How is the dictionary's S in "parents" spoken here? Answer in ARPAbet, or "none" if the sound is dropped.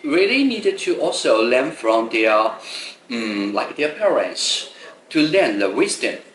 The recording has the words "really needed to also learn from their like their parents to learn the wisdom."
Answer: S